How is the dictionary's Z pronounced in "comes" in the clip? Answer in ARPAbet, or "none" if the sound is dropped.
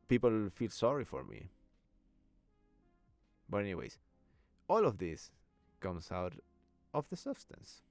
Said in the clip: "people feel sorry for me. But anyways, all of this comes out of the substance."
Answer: S